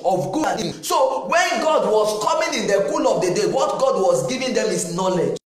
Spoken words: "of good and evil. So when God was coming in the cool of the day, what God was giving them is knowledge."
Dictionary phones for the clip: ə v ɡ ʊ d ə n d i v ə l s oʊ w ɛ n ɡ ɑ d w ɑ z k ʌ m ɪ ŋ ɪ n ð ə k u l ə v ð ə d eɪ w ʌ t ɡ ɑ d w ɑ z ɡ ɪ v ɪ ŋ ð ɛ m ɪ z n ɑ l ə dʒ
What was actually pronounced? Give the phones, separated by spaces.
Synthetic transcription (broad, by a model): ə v ɡ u ə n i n s oʊ w ɛ n ɡ ɑ d w ɑ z k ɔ m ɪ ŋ ɪ n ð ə k u l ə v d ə d eɪ w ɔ t ɡ ɑ d w ɑ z ɡ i v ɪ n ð ɛ m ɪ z n ɑ l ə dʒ